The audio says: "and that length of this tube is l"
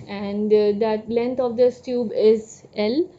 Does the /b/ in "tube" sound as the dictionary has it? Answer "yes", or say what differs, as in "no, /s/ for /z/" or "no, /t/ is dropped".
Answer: yes